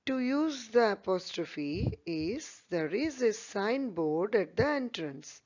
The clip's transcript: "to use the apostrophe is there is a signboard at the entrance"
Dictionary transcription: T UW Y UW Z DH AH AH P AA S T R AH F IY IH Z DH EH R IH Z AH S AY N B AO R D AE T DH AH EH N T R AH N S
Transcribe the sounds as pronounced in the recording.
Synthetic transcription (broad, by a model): T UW Y UW Z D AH AH P AA S T R AH F IY IH Z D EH R IH Z AH S AY N B AO R D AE T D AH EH N T R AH N S